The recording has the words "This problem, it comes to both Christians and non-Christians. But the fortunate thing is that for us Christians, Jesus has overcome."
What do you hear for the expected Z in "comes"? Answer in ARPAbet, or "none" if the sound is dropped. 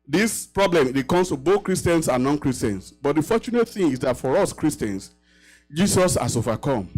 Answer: S